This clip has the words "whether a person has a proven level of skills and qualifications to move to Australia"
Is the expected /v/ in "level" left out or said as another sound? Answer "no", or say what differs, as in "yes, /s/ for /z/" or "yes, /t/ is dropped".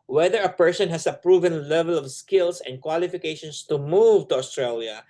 no